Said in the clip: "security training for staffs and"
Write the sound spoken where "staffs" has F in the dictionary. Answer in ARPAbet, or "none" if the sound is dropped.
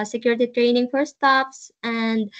P